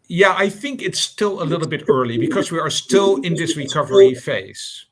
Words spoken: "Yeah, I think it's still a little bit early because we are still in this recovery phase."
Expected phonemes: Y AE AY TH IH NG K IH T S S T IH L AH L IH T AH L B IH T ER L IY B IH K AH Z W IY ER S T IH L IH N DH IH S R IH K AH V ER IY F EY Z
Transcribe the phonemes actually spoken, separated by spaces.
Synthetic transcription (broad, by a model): Y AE AY TH IH NG K IH T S S T IH L AH L IH T L B IH T ER L IY B IH K AH Z W IY ER S T IH L IH N DH IH S R IH K AH V ER IY F EY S